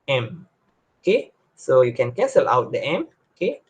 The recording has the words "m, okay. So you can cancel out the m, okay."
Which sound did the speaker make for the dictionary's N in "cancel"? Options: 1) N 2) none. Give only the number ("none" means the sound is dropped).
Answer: 2